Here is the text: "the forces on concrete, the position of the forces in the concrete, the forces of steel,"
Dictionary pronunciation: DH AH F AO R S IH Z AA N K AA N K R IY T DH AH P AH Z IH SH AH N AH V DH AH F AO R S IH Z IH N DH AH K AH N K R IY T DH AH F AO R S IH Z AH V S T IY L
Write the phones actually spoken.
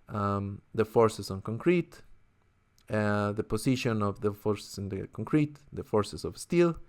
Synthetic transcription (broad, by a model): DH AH F AO R S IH S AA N K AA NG K R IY T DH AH P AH S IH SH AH N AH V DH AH F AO R S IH S IH N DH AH K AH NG K R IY T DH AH F AO R S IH S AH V S T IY L